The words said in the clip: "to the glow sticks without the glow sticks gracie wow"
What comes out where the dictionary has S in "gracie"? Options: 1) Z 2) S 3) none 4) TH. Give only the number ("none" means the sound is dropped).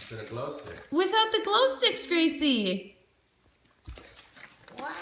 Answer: 3